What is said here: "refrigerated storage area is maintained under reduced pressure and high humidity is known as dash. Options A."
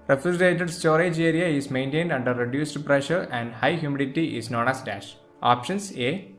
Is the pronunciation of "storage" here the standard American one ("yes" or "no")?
yes